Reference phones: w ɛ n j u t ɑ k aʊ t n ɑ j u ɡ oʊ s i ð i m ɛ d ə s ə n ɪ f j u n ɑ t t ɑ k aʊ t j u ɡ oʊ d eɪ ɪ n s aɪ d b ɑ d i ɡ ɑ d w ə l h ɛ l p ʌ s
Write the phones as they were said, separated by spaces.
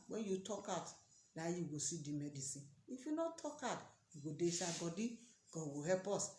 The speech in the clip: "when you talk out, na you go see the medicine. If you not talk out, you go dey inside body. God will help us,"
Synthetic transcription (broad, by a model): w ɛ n j u t ɑ k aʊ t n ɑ j u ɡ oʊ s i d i m ɛ d ə s ə n ɪ f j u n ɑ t t ɑ k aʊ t j u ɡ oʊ d eɪ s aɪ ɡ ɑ d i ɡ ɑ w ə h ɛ p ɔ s